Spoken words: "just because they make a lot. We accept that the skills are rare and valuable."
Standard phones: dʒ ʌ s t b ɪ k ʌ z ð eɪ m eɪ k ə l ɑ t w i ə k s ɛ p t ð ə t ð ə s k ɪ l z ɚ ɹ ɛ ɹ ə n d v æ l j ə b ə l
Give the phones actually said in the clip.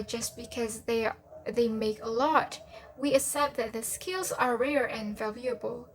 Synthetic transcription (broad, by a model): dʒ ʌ s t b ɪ k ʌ z ð eɪ m eɪ k ə l ɑ t w i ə s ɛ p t ð ə t ð ə s k ɪ l z ɚ ɹ ɛ ɹ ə n v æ l j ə b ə l